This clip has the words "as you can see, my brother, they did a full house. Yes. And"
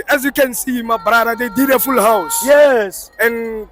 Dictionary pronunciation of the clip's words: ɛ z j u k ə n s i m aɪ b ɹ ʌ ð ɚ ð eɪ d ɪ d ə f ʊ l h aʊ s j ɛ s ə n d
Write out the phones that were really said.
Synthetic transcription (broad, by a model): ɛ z j u k ə n s i m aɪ b ɹ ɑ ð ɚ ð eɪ d ɪ d ə f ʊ l h aʊ s j ɛ s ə n